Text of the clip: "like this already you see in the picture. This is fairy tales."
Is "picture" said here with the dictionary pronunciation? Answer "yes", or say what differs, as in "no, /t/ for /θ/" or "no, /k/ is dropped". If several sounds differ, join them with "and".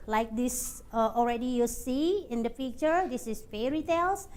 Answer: no, /f/ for /p/